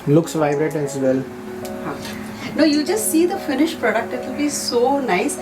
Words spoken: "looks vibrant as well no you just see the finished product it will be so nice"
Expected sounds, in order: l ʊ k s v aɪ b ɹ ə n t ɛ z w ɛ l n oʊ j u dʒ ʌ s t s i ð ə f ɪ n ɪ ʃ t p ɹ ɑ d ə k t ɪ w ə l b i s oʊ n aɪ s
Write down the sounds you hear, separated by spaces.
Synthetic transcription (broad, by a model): l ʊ k s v aɪ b ɹ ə t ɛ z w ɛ l n oʊ j u dʒ ʌ s t s i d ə f ɪ n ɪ ʃ p ɹ ɑ d ə k t ɪ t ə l b i s oʊ n aɪ s